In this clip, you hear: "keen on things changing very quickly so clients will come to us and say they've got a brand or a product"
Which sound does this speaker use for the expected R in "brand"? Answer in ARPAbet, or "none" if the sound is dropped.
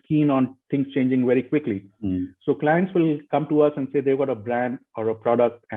R